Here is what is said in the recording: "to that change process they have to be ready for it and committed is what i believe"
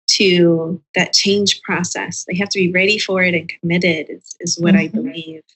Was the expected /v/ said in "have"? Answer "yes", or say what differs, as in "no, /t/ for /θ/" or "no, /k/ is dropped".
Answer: no, /f/ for /v/